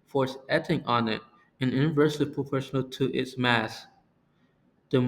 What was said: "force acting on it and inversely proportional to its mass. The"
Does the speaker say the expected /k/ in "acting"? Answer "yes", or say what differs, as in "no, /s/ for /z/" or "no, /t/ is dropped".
no, /k/ is dropped